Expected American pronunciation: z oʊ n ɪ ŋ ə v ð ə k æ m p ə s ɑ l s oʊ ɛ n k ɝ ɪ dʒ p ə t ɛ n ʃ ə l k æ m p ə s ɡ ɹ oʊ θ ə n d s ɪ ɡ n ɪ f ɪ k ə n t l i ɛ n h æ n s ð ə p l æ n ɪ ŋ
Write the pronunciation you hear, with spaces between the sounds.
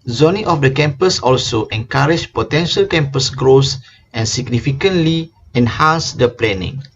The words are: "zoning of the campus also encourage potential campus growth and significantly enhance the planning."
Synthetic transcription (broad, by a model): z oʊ n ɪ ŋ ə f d ə k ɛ m p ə s ɑ l s oʊ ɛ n k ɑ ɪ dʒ p ə t ɛ n ʃ ə l k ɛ m p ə s ɡ ɹ oʊ s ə n s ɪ ɡ n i f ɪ k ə n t l i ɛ n h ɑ n s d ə p l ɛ n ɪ ŋ